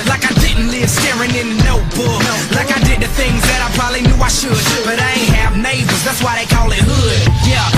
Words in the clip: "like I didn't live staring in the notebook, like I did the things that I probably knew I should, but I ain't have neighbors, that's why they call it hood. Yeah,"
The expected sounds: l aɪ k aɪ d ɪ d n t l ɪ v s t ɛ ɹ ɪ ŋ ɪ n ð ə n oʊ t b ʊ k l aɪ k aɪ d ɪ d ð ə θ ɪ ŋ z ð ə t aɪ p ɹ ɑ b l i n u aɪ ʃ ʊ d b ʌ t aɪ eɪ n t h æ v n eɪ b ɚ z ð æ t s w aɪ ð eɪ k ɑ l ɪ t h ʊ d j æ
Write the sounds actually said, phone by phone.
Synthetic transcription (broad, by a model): l aɪ k aɪ d ɪ d n t l ɪ v s t ɛ ɹ ɪ ŋ ɪ n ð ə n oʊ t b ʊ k l aɪ k aɪ d ɪ d ð ə θ ɪ ŋ z ð ə t aɪ p ɹ ɑ b l i n u aɪ ʃ ʊ d b ʌ t aɪ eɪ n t h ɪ v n eɪ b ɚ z ð æ t s w aɪ ð eɪ k ɑ l ɪ t h ʊ d j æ